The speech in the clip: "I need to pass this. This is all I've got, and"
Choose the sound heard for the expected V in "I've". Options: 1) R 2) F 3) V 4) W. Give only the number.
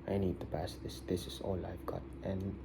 2